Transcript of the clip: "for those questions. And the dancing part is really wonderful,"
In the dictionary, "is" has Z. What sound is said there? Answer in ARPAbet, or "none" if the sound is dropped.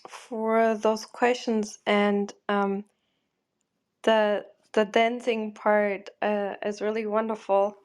Z